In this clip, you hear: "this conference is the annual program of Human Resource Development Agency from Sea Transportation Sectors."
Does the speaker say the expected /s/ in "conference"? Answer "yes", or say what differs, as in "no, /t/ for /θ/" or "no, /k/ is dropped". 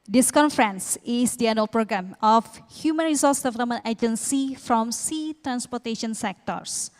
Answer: yes